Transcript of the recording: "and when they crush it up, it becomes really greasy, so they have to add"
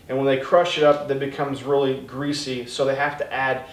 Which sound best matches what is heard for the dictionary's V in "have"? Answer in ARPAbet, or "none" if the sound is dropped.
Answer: F